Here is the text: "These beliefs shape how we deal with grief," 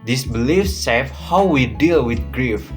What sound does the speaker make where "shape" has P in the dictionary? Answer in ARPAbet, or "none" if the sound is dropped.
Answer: F